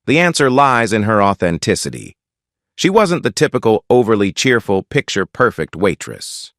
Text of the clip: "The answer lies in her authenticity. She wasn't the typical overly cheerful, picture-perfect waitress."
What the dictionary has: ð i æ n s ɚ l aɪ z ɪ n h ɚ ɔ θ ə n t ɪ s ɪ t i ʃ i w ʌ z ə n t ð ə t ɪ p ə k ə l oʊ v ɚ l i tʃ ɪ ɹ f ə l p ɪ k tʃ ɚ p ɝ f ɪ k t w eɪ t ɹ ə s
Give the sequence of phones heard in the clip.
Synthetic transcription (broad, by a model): ð i æ n s ɚ l aɪ z ɪ n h ɚ ɔ θ ə n t ɪ s ɪ t i ʃ i w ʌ z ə n ð ə t ɪ p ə k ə l oʊ v ɚ l i tʃ ɪ ɹ f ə l p ɪ k tʃ ɚ p ɝ f ɪ k t w eɪ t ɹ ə s